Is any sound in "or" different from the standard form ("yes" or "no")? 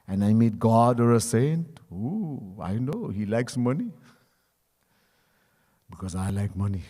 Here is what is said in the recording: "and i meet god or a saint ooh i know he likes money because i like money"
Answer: no